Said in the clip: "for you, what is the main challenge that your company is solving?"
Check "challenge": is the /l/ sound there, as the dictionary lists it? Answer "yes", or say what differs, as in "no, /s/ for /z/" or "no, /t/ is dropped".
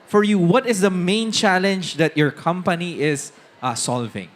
yes